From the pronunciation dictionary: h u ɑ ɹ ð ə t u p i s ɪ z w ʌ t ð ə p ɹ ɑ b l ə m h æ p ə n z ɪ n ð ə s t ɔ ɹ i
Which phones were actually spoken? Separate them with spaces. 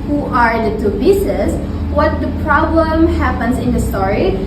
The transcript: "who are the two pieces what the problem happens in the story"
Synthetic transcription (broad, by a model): h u ɑ ɹ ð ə t u b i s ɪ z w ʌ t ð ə p ɹ ɑ b l ə m h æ p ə n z ɪ n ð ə s t ɔ ɹ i